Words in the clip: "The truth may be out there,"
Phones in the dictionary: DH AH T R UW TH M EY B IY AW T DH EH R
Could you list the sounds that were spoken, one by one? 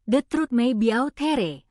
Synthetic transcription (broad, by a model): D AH T R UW T M EY B IY AW T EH R